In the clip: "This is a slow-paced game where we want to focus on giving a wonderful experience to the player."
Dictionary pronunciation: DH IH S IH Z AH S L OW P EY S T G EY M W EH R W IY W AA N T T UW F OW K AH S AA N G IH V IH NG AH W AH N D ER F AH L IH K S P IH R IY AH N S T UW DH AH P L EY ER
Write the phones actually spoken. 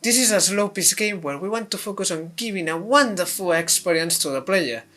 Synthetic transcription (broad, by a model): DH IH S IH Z AH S L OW P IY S G EY M W EH R W IY W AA N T T UW F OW K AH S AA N G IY B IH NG AH W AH N D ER F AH L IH K S P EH R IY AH N S T UW DH AH P L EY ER